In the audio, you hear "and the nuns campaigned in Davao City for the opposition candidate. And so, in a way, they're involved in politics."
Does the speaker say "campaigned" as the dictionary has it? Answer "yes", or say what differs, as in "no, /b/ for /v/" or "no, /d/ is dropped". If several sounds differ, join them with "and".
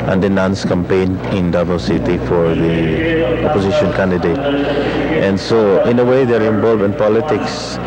no, /d/ is dropped